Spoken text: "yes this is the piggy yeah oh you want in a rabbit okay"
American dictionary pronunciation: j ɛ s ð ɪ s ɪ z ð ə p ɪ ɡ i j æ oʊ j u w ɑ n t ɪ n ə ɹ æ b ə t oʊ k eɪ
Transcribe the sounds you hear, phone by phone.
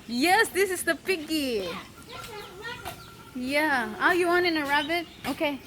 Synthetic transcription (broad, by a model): j ɛ s ð ɪ s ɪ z ð ə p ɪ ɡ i j æ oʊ j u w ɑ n ɪ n ə ɹ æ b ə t oʊ k eɪ